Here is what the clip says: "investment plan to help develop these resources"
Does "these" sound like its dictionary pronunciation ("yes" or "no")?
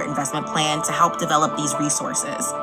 yes